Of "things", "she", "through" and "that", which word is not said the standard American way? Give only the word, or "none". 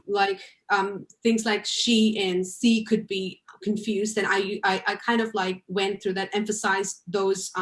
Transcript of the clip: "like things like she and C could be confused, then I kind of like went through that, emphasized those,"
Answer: none